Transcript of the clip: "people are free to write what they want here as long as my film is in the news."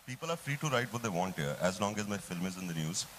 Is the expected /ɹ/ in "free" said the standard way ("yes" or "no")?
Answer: yes